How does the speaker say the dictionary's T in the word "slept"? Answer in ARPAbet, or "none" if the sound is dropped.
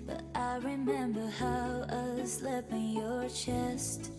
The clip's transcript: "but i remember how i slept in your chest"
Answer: none